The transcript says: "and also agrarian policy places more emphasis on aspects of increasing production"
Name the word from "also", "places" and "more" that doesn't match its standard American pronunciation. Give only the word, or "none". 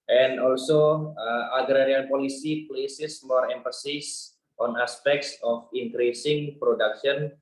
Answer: places